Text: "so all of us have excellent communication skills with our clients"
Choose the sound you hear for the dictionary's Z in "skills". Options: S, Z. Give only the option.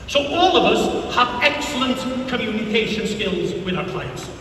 Z